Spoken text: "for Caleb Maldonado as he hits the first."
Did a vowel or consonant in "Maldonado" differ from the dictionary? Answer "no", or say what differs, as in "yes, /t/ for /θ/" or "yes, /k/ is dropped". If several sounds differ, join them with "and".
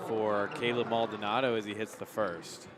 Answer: no